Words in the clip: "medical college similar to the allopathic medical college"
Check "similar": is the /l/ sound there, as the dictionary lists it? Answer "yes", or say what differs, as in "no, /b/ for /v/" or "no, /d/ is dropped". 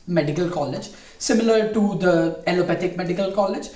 yes